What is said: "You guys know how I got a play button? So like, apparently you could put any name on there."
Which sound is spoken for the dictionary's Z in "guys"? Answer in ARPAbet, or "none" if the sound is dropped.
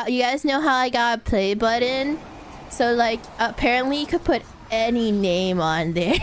Z